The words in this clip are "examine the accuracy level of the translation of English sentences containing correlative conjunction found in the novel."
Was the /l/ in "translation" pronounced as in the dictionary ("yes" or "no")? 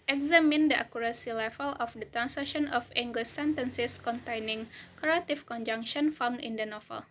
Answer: no